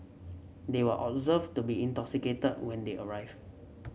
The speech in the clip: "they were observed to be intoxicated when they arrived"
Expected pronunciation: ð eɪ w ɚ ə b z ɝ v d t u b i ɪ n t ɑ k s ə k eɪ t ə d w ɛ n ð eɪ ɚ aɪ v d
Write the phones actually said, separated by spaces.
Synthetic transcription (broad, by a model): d eɪ w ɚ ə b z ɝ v t u b i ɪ n t ɑ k s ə k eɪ t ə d w ɛ n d eɪ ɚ aɪ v